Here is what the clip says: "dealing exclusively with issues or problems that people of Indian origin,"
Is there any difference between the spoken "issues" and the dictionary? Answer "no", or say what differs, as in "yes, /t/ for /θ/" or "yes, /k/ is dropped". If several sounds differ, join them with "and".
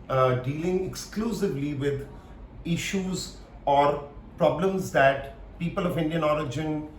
no